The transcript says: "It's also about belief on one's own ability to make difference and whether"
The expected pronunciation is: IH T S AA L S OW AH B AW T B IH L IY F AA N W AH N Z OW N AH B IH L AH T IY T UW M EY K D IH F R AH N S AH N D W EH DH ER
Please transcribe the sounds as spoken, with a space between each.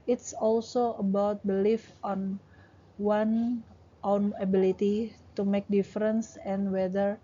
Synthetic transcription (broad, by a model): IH T S AA L S OW AH B AW T B IH L IY F AA N W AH N OW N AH B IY L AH T IY T UW M EY K D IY F R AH N S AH N W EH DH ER